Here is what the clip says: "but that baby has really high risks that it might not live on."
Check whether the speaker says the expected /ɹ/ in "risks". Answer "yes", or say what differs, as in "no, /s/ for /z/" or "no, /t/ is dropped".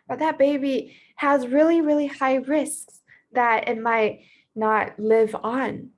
yes